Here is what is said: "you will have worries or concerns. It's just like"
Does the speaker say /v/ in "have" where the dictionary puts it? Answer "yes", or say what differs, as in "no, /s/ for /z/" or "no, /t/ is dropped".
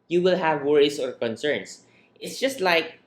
yes